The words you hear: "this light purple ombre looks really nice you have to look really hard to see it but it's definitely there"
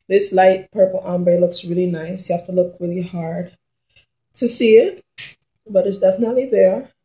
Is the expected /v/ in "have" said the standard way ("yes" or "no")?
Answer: no